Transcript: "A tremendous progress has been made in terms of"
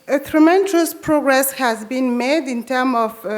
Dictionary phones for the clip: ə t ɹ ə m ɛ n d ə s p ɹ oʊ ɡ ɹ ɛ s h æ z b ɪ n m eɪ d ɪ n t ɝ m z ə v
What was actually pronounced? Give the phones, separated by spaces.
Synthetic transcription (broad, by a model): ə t ɹ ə m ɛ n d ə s p ɹ oʊ ɡ ɹ ɛ s h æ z b ɪ n m eɪ d ɪ n t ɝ m ə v